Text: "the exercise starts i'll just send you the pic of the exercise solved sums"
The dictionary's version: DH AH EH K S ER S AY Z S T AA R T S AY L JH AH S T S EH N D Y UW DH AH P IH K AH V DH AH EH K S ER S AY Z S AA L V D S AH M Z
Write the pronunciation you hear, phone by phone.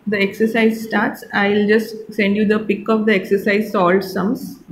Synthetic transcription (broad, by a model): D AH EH K S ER S AY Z S T AA R T S AY L JH AH S T S EH N D Y UW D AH P IH K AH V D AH EH K S ER S AY Z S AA L D S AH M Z